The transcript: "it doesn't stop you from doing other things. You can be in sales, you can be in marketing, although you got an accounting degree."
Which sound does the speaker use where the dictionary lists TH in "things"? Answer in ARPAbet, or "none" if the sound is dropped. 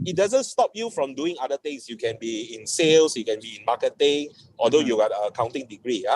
T